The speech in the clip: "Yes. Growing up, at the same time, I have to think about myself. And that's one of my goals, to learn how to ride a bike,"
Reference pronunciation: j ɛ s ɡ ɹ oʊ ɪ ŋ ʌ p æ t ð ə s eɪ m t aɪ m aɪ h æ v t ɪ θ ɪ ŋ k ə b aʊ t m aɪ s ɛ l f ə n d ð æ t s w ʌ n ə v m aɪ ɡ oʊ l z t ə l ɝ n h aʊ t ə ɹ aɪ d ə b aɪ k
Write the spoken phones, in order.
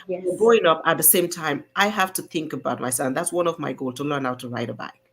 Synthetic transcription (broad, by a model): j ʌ ɡ ɹ oʊ ɪ ŋ ʌ p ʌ t ð ə s eɪ m t aɪ m aɪ h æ f t ɪ θ ɪ ŋ k ə b aʊ t m aɪ s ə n ð æ t s w ʌ n ə v m aɪ ɡ oʊ l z t ə l ɝ n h aʊ t ə ɹ aɪ d ə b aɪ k